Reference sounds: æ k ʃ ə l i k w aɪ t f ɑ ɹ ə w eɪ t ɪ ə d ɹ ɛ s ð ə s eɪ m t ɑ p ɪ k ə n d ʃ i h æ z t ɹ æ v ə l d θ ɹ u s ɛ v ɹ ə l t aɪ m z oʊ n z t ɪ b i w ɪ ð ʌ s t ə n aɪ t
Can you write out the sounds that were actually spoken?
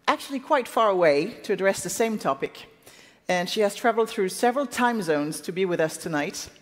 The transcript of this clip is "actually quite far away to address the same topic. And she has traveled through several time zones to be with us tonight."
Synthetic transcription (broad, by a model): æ k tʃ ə l i k w aɪ t f ɑ ɹ ə w eɪ t ɪ ə d ɹ ɛ s ð ə s eɪ m t ɑ p ɪ k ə n ʃ i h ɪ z t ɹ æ v l d θ ɹ u s ɛ v ɹ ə l t aɪ m z oʊ n z t ɪ b i w ɪ ð ʌ s t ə n aɪ t